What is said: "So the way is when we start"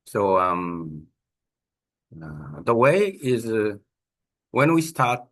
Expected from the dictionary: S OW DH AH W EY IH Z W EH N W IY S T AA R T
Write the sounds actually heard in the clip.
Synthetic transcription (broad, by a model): S OW DH AH W EY IH Z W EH N W IY S T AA R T